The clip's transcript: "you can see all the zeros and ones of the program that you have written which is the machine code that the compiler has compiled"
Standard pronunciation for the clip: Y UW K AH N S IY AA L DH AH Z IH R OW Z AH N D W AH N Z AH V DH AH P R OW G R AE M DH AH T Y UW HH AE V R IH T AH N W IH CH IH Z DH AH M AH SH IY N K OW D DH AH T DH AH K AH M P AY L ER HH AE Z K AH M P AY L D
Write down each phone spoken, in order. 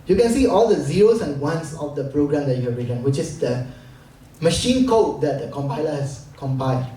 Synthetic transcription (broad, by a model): Y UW K AH N S IY AA L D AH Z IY R OW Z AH N W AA N S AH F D AH P R OW G R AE M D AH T Y UW HH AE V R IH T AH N W IH CH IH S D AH M AH SH IY N K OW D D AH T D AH K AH M P AY L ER HH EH S K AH M P AY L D